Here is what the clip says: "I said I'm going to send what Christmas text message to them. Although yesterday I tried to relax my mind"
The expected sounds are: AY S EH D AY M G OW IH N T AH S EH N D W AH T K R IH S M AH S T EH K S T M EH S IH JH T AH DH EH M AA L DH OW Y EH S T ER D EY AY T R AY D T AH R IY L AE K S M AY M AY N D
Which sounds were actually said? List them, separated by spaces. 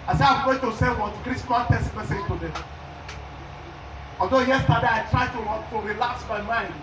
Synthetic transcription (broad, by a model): AY S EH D AY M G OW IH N T AH S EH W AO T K R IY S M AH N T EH S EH M EH S IH JH T AH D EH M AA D OW Y EH S T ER D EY AY T R AY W T AH R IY L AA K S M AY M AY N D